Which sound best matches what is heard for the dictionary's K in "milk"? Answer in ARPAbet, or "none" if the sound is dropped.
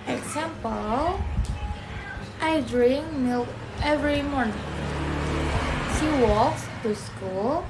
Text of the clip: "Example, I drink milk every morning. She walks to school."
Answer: none